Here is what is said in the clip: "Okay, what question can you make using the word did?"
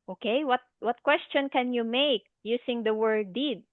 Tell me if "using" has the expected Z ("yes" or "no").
no